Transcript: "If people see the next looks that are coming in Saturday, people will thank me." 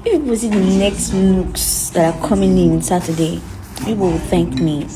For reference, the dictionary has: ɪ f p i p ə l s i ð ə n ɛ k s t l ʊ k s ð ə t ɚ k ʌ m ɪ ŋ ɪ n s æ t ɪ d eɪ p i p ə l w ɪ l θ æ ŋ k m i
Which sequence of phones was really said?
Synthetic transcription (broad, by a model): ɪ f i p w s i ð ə n ɛ k s t n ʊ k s ð ə t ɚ k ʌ m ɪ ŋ ɪ n s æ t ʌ d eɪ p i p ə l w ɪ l θ æ ŋ k m i